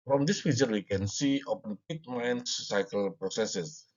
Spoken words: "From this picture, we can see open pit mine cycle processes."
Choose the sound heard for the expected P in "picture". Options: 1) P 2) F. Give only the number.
2